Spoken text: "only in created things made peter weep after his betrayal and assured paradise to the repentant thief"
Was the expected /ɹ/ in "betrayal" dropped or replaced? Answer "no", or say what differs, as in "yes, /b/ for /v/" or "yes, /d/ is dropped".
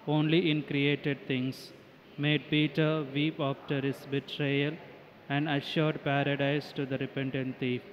no